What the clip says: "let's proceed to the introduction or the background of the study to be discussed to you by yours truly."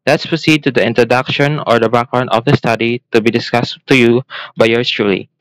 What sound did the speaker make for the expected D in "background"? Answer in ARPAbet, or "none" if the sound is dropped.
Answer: none